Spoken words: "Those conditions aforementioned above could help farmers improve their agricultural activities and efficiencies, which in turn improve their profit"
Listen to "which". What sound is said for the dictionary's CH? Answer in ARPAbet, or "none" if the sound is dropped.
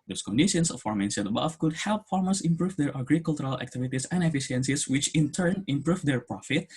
CH